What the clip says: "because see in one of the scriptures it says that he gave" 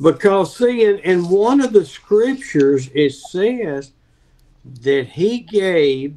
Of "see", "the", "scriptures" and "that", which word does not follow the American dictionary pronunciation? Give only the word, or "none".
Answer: none